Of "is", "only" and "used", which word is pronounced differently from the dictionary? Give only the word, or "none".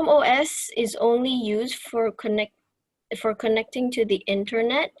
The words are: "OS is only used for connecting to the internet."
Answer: none